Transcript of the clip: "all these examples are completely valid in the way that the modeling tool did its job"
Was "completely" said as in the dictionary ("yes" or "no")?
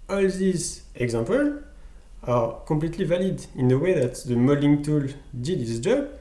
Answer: no